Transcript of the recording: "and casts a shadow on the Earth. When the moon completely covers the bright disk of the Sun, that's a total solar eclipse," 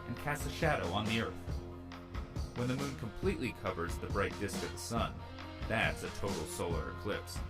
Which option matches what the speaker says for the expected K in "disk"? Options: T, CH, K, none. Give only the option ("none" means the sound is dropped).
K